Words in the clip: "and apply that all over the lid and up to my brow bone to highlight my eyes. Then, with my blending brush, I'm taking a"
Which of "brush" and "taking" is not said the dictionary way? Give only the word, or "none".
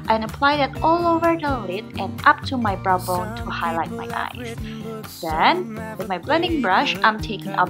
none